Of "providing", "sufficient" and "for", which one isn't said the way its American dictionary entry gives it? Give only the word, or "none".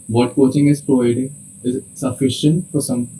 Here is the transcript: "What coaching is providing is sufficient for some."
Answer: for